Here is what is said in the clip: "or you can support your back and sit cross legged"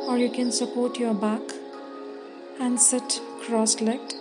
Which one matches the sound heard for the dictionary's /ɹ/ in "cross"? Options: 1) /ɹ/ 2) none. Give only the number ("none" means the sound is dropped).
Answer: 1